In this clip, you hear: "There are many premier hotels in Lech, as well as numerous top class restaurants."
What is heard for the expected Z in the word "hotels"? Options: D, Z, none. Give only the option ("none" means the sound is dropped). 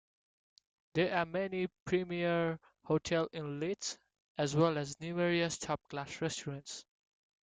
none